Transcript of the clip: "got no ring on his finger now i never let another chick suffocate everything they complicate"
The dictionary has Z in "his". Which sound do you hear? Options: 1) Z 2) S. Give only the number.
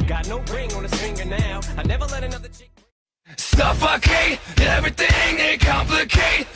2